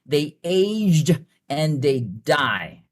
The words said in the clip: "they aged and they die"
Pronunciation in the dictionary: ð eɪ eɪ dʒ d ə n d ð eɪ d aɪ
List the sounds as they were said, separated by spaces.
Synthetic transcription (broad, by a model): ð eɪ eɪ dʒ d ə n ð eɪ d aɪ